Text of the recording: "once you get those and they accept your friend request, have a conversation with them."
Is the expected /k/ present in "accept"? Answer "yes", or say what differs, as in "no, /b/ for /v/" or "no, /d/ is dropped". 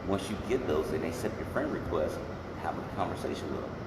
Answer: no, /k/ is dropped